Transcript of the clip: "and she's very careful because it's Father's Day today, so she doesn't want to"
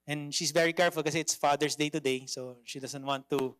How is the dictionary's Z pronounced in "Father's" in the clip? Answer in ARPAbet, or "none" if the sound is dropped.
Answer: S